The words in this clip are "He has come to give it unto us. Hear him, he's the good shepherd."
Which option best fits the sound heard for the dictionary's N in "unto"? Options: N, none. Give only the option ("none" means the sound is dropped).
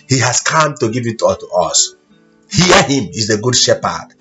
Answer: none